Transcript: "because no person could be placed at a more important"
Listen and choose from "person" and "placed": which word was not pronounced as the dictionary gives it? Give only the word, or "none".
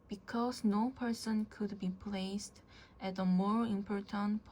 none